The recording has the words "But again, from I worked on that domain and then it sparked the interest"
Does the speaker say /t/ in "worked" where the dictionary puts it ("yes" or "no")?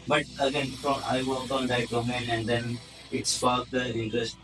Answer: no